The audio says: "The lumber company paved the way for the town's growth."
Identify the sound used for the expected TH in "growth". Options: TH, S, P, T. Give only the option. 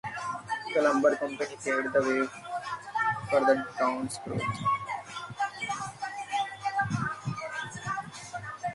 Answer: T